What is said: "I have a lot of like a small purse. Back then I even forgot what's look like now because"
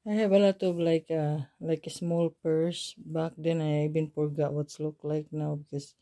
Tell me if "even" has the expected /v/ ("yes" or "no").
no